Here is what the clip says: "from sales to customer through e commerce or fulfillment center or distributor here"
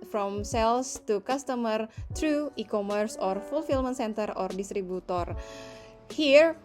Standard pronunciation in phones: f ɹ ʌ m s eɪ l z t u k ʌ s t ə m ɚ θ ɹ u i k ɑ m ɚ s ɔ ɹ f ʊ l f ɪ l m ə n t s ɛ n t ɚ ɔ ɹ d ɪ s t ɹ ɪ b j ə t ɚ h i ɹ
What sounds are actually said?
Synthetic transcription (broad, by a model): f ɹ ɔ m s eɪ l s t u k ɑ s t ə m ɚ t ɹ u i k ɑ m ɚ s ɔ ɹ f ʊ l f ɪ l m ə n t s ɛ n t ɚ ɔ ɹ d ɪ s t ɹ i b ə t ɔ h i ɹ